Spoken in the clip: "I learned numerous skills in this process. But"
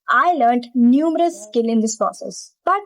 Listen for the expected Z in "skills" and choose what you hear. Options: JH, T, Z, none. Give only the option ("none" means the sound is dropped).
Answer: none